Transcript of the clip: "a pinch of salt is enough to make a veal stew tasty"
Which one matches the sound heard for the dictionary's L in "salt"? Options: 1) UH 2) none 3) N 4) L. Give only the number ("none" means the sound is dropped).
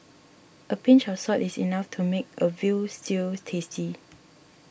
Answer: 2